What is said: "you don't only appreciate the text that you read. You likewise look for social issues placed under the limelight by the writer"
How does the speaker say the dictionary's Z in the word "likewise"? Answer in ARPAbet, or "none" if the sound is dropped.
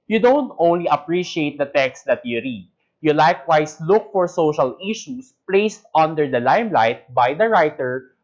S